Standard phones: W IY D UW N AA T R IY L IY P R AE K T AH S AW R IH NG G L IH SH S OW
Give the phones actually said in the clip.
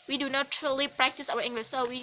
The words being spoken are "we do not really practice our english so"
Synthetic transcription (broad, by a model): W IY D UW N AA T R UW L IY P R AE K T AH S AW W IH NG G L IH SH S OW